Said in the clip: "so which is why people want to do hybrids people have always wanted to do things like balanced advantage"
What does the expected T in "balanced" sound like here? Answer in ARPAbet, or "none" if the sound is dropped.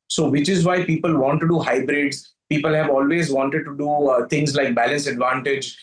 none